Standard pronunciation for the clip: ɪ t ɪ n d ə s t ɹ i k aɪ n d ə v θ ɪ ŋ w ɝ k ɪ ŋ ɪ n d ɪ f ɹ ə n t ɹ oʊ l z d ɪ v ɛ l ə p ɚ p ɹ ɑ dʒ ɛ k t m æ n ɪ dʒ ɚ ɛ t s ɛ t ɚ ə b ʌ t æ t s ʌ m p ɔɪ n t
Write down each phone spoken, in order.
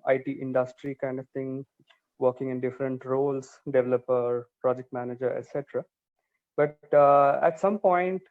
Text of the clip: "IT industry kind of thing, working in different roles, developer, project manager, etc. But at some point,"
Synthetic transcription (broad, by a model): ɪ t ɪ n d ə s t ɹ i k aɪ n d ə v t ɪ ŋ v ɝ k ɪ ŋ ɪ n d ɪ f ɹ ə n t ɹ oʊ l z d ɪ v ɛ l ə p ɚ p ɹ ɑ dʒ ɛ k t m æ n ɪ dʒ ɚ ɛ t s ɛ t ɚ ə b ʌ t æ t s ʌ m p ɔɪ n t